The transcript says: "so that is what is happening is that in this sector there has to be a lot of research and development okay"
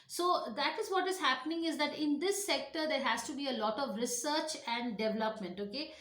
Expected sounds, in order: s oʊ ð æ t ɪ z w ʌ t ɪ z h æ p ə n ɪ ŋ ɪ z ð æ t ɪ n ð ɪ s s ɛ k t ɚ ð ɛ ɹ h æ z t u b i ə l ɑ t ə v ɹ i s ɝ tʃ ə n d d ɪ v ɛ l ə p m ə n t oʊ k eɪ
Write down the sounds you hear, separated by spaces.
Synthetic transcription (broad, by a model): s oʊ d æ t ɪ z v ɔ t ɪ z h æ p ə n ɪ ŋ ɪ z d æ t ɪ n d ɪ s s ɛ k t ɚ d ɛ ɹ h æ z t u b i ə l ɑ t ə v ɹ i s ɝ tʃ ə n d d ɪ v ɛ l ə p m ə n t oʊ k eɪ